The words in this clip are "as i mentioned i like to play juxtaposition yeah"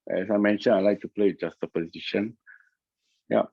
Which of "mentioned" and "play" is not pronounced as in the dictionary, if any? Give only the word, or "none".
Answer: mentioned